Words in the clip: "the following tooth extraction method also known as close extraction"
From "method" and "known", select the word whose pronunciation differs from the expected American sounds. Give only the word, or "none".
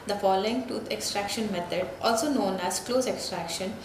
method